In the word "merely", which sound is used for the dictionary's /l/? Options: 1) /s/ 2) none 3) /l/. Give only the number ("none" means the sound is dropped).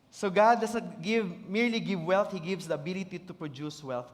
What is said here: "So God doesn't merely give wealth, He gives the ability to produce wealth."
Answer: 3